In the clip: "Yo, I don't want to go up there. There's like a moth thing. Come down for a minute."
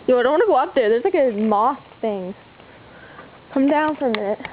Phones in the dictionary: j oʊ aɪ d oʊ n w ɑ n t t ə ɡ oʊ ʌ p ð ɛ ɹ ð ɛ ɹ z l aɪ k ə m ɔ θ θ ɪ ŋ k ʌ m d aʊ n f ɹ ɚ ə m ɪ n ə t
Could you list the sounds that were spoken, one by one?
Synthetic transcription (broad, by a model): j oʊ aɪ d oʊ n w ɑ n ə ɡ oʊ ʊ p ð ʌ ɹ ð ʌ ɹ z l aɪ k ə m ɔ s θ ɪ ŋ k ʌ m d aʊ n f ɹ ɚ ə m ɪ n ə t